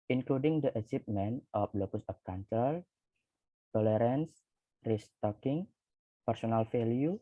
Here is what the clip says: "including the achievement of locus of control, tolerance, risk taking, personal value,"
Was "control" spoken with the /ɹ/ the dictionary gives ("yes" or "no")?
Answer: no